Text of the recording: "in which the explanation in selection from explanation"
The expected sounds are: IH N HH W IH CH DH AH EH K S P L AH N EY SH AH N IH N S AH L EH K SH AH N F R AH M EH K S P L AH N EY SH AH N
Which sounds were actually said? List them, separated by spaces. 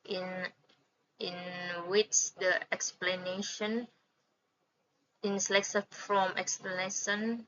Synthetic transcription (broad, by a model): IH N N W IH CH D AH EH K S P L AH N EY SH AH N IH N S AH L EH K S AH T F R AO M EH K S P L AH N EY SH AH N